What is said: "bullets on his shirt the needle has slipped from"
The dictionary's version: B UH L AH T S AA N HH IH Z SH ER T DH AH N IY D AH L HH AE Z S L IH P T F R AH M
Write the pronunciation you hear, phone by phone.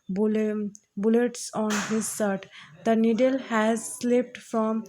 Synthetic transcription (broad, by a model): B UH L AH T S AA N HH IH Z S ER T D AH N IY D AH L HH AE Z S L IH P T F R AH M